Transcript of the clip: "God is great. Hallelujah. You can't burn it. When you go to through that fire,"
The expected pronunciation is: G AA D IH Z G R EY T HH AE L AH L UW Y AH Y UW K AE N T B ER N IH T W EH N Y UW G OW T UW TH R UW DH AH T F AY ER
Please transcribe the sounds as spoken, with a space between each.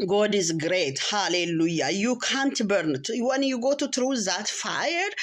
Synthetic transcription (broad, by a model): G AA D IH Z G R EY T HH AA L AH L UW Y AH Y UW K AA N T B ER N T W EH N Y UW G OW T UW T R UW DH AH T F AY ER